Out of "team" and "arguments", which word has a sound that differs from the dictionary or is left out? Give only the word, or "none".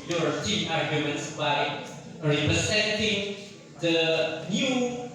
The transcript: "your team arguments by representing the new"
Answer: team